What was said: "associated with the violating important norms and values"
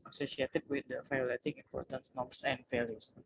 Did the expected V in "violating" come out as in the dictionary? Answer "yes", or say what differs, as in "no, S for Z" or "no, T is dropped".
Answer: no, F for V